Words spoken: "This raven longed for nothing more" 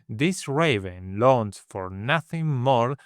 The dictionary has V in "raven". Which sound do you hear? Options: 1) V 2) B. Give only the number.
1